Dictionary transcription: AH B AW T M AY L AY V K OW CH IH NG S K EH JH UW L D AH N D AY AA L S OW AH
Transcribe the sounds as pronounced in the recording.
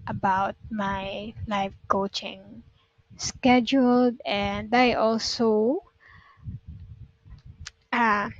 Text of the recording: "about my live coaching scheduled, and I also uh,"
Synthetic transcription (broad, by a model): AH B AW T M AY L AY F K OW CH IH NG S K EH JH UW L D AH N D AY AA L S OW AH